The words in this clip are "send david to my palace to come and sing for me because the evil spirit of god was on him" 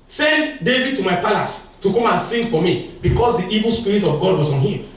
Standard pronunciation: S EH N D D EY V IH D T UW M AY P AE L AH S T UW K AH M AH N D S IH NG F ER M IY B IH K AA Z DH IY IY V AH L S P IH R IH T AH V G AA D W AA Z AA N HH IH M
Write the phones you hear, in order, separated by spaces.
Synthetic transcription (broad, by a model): S EH N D D EY V IH D T UW M AY P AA L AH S T UW K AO M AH N S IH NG F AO M IY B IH K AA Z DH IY IY V AH L S P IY R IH T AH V G AA D W AA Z AA N HH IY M